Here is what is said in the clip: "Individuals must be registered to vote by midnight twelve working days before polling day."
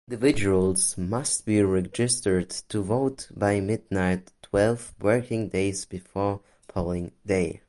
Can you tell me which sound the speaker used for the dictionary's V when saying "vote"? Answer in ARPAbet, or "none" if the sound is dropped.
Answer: V